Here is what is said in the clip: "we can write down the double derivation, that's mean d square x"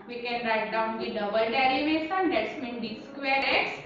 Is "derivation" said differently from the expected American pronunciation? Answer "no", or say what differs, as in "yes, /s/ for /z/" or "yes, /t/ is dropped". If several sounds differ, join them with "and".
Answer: yes, /s/ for /ʃ/